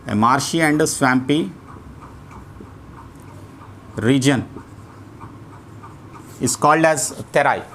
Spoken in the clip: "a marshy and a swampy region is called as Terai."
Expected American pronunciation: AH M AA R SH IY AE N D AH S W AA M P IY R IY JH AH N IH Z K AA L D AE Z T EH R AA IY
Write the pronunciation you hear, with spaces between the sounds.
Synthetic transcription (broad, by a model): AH M AA R SH IY AE N D AH S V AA M P IY R IY JH AH N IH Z K AA L D AE Z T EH R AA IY